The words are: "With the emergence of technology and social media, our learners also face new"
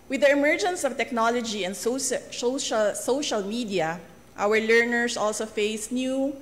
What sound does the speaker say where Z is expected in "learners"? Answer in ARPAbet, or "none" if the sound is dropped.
S